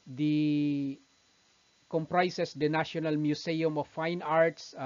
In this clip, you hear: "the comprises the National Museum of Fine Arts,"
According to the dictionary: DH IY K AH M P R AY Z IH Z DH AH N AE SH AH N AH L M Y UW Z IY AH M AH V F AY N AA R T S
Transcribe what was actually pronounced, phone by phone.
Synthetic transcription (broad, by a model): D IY K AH M P R AY S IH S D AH N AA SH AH N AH L M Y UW S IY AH M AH F AY N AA R T S